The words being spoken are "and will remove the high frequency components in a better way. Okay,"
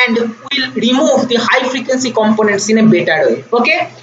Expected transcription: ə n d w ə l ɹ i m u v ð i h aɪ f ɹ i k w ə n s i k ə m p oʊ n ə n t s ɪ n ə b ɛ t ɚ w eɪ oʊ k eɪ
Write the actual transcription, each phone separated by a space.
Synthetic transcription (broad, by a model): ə n d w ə l ɹ i m u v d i h aɪ f ɹ i k w ə n s i k ə m p oʊ n ə n t s ɪ n ə b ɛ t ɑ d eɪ oʊ k eɪ